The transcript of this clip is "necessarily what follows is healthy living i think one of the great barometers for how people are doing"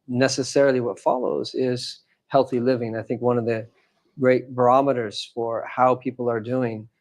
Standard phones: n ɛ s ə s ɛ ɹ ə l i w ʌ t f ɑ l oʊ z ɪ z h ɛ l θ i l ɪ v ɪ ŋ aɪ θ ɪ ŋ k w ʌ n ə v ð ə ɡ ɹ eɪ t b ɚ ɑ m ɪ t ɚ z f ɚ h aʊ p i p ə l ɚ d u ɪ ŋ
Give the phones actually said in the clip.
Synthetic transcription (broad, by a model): n ɛ s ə s ɛ ɹ l i w ʌ t f ɑ l oʊ z ɪ z h ɛ l θ i l ɪ v ɪ ŋ aɪ θ ɪ ŋ k w ʌ n ə v ð ə ɡ ɹ eɪ t b ɚ ɑ m ɪ t ɚ z f ɚ h aʊ p i p l ɚ d u ɪ ŋ